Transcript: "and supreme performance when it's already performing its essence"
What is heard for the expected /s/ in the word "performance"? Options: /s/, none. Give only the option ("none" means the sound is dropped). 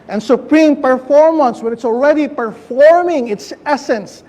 /s/